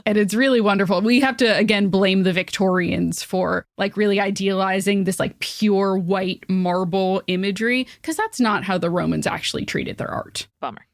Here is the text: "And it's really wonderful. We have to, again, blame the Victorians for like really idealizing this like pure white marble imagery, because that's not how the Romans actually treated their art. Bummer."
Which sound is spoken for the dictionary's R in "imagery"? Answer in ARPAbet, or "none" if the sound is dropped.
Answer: R